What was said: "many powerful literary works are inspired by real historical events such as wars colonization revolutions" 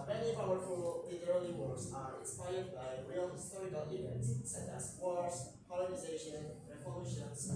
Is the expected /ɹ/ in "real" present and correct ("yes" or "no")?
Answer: yes